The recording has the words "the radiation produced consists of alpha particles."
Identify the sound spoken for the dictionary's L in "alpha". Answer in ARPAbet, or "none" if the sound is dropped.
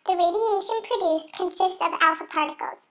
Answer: L